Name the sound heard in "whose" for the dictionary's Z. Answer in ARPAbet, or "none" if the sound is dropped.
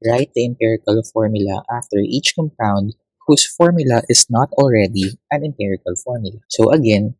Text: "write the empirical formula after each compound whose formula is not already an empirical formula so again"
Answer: S